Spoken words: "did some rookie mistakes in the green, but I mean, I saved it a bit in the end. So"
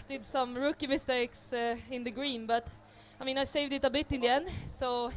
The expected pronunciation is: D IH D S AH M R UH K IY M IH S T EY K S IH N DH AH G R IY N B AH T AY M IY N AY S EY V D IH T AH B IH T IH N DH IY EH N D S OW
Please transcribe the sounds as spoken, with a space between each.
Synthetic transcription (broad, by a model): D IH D S AH M R UH K IY M IH S T EY K S IH N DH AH G R IY N B AH T AY M IY N AY S EY V D IH T AH B IH T IH N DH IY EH N S OW